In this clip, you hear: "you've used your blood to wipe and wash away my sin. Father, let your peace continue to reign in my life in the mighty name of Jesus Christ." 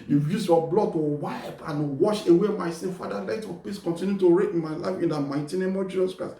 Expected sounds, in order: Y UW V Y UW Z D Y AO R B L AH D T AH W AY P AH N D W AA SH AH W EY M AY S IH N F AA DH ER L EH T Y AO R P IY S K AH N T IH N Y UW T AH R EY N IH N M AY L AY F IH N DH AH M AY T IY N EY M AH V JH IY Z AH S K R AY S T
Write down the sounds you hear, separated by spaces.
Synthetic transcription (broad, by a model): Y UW Y UW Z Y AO B L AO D T AH W AY P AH N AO W AA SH AH W EY M AY S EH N F AA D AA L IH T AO P IY S K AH N T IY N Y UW T AH R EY IH N M AY L AY F IH N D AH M AY T IY N EY M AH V JH IY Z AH S K R AY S